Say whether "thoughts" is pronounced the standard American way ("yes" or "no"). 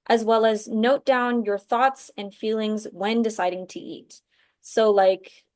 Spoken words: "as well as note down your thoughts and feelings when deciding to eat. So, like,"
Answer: yes